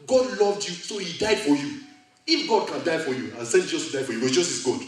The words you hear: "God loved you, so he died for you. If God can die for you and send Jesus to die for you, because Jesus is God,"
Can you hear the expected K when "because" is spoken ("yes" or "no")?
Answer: no